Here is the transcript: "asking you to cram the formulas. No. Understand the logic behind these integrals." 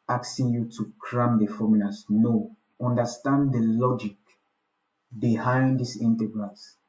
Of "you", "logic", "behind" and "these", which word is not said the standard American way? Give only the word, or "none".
these